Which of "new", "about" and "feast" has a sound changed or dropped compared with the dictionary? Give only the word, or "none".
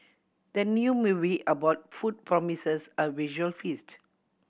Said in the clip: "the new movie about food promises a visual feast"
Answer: none